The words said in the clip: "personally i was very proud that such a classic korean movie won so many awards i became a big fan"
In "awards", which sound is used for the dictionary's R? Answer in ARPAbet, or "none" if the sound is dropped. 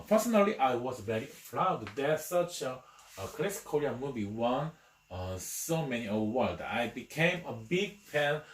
L